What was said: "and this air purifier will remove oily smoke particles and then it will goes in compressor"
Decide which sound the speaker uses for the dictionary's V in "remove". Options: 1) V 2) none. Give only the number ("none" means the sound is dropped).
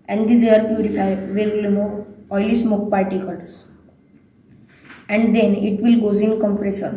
2